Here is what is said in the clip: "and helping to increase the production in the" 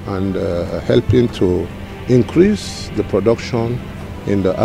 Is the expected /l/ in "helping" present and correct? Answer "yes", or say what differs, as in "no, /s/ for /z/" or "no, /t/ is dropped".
yes